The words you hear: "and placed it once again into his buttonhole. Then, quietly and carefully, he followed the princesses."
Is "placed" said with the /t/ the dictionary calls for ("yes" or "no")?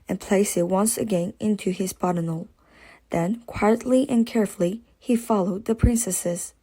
no